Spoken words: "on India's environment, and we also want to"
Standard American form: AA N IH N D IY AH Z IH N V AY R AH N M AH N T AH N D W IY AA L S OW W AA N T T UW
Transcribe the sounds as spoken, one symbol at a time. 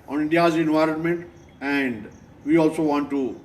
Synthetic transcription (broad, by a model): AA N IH N D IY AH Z IH N V AY R AH N M AH N T AH N D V IY AA L S OW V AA N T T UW